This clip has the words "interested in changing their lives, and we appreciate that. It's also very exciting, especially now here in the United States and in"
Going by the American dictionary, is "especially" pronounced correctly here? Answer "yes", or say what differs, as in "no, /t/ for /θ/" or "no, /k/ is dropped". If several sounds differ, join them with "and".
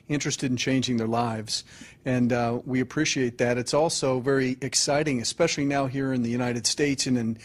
yes